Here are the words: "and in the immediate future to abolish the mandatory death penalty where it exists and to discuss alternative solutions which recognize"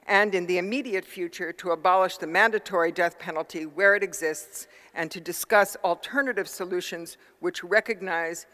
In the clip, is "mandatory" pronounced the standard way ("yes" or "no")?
yes